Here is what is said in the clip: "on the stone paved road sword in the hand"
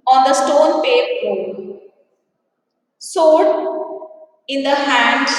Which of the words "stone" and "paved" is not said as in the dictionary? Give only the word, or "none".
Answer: paved